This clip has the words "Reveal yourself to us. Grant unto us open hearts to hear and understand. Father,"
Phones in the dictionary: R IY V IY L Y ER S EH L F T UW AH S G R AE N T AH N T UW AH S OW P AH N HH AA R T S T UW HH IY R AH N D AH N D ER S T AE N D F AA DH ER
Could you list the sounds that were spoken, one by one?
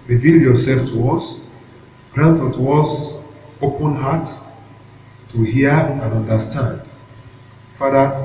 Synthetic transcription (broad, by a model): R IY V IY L Y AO S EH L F T UW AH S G R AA N T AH T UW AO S OW P AH N HH AA T T UW HH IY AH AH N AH N D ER S T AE N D F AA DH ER